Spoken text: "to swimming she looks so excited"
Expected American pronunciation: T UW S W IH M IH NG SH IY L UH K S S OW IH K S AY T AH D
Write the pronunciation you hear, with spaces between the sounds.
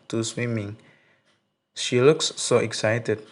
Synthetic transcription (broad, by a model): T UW S W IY M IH NG SH IY L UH K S S OW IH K S AY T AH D